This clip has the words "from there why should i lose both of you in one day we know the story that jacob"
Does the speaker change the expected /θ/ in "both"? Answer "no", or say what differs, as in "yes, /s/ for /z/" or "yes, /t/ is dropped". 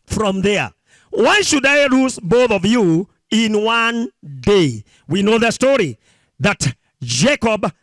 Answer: no